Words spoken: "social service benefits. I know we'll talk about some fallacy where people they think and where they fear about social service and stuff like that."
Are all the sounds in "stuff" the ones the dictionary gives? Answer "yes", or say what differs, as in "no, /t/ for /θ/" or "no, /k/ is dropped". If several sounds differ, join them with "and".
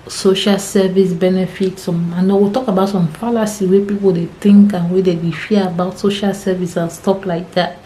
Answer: no, /p/ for /f/